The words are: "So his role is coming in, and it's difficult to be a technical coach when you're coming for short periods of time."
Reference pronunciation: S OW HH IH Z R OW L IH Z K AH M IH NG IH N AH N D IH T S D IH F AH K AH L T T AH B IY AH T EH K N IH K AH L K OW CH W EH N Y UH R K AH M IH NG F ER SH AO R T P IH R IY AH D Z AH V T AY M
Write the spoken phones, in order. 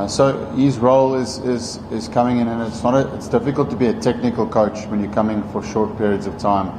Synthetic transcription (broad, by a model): S OW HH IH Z R OW L IH Z K AH M IH NG IH N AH N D IH T S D IH F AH K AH L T T AH B IY AH T EH K N IH K AH L K OW CH W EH N Y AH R K AH M IH NG F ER SH AO R T P IH R IY AH D Z AH V T AY M